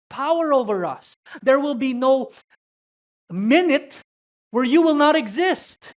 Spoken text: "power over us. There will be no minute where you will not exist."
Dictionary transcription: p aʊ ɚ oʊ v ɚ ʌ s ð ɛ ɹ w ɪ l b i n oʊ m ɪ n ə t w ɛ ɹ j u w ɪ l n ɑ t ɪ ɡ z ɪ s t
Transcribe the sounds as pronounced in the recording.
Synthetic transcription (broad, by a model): p aʊ ɚ oʊ v ɚ ʌ s ð ɛ ɹ w ɪ l b i n oʊ m ɪ n ə t w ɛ ɹ j u w ɪ l n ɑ t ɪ ɡ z ɪ s t